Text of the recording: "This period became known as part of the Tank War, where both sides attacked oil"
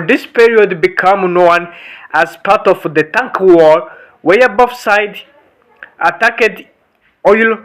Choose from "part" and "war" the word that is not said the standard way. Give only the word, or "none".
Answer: none